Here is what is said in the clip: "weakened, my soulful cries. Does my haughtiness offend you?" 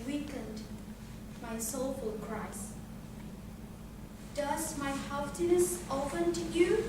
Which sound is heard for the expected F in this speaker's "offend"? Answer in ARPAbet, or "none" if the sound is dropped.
P